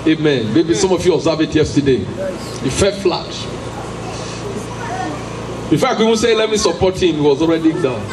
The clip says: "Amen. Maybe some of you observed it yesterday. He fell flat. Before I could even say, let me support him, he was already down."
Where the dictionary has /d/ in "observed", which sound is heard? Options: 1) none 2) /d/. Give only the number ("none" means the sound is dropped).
1